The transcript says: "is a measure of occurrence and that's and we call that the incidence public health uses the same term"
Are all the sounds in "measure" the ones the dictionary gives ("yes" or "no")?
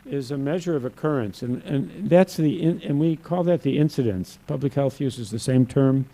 yes